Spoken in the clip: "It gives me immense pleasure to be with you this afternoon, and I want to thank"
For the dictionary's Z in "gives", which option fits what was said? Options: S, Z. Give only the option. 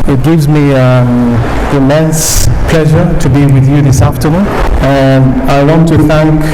Z